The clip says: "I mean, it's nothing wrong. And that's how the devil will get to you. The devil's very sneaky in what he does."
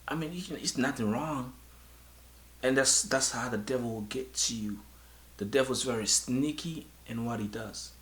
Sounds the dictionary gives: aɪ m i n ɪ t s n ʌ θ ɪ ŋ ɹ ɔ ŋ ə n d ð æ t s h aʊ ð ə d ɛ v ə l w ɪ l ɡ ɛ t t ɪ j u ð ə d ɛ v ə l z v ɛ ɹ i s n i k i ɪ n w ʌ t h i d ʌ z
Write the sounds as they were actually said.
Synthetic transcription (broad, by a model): aɪ m i n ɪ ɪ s n ʌ θ ɪ ŋ ɹ ɔ ŋ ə n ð ð æ t s h aʊ ð ə d ɛ v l w ɪ l ɡ ɛ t t ɪ j u ð ə d ɛ v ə z v ɛ ɹ i s n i k i ɪ n w ʌ t h i d ʌ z